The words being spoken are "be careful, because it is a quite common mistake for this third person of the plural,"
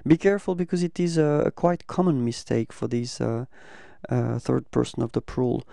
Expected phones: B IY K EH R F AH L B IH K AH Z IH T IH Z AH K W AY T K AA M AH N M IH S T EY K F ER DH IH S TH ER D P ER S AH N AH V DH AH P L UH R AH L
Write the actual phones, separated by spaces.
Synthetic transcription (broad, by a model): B IY K EH R F AH L B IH K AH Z IH T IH Z AH K W AY T K AA M AH N M IH S T EY K F ER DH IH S TH ER D P ER S AH N AH V DH AH P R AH L